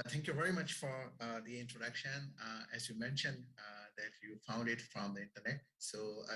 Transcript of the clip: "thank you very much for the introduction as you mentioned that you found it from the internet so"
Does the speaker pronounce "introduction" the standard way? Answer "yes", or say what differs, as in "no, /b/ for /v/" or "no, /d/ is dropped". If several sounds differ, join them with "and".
yes